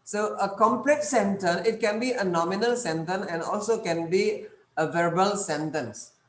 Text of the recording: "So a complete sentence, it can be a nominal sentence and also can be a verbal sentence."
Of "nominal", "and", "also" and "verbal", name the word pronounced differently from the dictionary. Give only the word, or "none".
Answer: none